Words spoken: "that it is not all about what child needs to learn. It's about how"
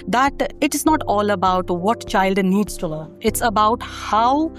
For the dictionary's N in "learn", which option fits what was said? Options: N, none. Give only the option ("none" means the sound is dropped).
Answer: none